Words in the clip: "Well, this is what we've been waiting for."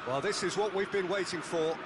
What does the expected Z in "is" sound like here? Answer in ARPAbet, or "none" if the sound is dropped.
Z